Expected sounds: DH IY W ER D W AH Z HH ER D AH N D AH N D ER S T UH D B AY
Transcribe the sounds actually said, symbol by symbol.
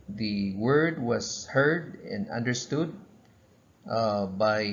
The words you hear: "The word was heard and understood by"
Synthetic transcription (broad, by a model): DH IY W ER D W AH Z HH ER D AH N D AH N D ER S T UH D B AY